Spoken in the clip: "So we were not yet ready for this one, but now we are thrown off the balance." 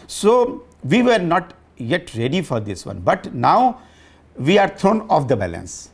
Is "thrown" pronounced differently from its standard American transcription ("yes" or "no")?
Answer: yes